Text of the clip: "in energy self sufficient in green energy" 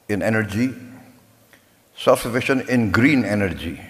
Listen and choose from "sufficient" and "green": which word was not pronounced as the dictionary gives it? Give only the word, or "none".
sufficient